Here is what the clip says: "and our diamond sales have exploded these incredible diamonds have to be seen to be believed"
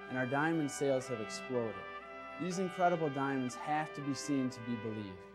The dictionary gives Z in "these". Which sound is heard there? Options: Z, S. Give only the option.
Z